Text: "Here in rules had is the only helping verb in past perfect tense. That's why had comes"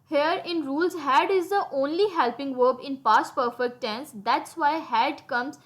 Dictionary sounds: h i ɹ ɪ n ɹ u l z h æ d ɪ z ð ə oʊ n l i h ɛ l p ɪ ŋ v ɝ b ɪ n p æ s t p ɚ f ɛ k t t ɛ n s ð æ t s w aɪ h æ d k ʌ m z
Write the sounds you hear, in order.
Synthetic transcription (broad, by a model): h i ɹ ɪ n ɹ u l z h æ d ɪ z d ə oʊ n l i h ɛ l p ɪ ŋ v ɝ b ɪ n p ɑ s t p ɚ f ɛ k t t ɛ n s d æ t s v aɪ h æ d k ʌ m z